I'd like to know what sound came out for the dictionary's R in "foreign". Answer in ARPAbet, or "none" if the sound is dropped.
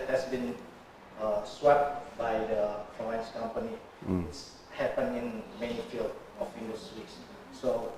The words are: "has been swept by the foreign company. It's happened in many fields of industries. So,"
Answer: none